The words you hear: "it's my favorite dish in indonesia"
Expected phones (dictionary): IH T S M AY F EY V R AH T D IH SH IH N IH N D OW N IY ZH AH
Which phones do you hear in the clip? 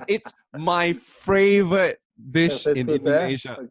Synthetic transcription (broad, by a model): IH T S M AY F EY V R AH T D IH SH IH N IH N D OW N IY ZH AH